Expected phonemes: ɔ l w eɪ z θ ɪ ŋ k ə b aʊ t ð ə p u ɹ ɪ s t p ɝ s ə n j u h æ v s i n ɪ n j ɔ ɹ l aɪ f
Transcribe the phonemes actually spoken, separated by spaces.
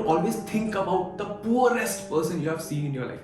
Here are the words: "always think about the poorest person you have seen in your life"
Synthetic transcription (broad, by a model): ɔ l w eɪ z t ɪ ŋ k ə b aʊ t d ə p u ɹ ɪ s t p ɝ s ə n j u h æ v s i n ɪ n j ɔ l aɪ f